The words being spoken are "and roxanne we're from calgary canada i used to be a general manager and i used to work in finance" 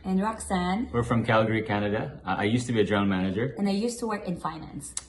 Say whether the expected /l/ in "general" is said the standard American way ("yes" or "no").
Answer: no